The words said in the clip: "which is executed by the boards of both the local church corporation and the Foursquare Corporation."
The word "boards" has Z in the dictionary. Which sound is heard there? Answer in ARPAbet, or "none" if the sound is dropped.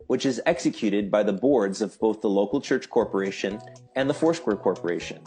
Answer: Z